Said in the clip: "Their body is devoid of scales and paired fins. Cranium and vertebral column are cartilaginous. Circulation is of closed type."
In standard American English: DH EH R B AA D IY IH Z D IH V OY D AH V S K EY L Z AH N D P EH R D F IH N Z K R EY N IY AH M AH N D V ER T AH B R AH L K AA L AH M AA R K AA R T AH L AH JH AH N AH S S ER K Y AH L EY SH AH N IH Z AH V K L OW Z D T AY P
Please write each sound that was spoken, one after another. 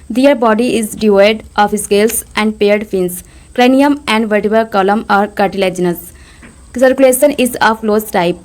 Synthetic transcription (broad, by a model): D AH R B AA D IY IH Z D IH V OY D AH F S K EY L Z AH N D P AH R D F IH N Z K R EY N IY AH M AH N D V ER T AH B AH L K AA L AH M AA R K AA R T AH L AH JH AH N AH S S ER K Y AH L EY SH AH N IH Z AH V L OW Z T AY P